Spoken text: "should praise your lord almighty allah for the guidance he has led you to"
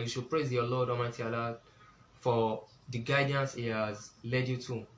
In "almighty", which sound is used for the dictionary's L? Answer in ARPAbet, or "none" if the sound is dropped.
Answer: none